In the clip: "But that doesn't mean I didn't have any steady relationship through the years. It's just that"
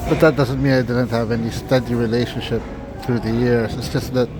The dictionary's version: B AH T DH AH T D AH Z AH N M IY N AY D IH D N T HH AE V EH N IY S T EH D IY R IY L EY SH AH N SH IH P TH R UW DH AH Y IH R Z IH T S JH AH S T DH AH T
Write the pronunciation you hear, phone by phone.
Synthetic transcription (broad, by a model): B AH T DH AH T D AH Z AH N M IY N AY D IH D N T HH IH V EH N IY S T EH D IY R IY L EY SH AH N SH IH P TH R UW DH AH Y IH R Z IH T S JH AH S T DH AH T